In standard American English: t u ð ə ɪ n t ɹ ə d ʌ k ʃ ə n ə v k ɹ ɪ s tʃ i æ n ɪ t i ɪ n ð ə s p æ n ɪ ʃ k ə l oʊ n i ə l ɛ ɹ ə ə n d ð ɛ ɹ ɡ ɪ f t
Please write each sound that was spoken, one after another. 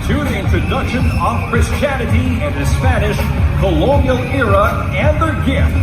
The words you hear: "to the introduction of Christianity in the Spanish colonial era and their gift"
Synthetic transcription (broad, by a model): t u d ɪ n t ə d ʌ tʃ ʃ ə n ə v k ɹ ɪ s tʃ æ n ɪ t i ɪ n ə s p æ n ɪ ʃ k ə l oʊ n i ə l ɛ ɹ ə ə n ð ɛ ɹ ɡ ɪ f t